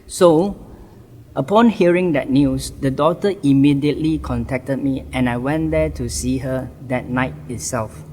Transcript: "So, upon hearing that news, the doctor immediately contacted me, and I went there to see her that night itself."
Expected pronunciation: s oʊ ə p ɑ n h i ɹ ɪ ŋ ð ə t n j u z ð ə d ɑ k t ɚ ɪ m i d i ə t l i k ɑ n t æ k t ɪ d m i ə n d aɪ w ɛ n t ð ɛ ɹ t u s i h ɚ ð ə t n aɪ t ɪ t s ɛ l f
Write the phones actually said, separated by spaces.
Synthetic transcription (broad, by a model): s oʊ ə p ɑ n h i ɹ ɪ ŋ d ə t n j u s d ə d ɑ t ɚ ɪ m i d i ə t l i k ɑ n t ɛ k t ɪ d m i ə n aɪ w ɛ n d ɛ t u s i h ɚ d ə t n aɪ t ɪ t s ɛ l f